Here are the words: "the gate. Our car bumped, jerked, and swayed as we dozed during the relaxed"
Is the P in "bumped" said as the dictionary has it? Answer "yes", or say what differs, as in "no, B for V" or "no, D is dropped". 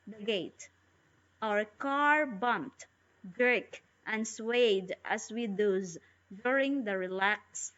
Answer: yes